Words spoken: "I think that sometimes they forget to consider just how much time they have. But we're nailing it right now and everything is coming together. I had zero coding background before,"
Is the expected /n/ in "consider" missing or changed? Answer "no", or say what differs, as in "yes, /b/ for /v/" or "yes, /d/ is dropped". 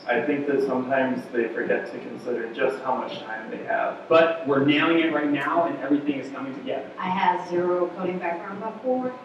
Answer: no